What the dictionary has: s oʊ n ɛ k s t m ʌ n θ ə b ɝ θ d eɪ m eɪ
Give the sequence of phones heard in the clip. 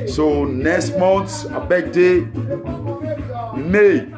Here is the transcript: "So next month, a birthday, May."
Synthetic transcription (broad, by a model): s oʊ n ɛ k s t m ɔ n s ə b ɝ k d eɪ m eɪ